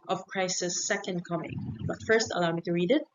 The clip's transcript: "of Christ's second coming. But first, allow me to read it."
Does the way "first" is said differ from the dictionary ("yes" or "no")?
no